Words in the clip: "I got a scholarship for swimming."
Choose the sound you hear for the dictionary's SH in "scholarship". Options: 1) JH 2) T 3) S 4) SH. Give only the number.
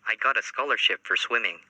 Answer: 4